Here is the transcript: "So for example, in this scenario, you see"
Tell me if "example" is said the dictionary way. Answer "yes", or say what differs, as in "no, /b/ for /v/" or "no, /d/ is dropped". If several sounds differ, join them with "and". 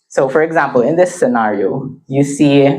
yes